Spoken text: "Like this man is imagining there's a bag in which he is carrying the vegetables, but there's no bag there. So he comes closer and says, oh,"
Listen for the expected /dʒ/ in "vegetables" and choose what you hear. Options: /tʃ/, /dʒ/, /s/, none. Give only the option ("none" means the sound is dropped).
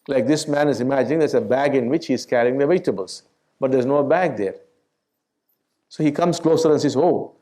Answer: none